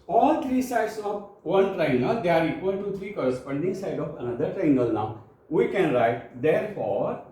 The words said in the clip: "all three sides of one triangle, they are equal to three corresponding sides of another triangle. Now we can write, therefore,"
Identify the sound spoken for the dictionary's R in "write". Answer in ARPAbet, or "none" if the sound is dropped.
R